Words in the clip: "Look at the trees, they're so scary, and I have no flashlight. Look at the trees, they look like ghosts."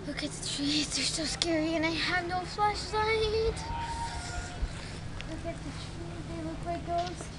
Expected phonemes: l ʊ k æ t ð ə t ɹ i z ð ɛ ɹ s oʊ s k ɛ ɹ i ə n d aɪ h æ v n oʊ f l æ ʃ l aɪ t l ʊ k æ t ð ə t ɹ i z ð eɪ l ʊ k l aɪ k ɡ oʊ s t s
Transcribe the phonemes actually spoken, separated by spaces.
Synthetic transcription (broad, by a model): l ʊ k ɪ t ð ə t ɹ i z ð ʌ ɹ s oʊ s k ɛ ɹ i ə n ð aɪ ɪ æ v n oʊ f l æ ʃ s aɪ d l ʊ k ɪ t ð ə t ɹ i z ð eɪ l ʊ k w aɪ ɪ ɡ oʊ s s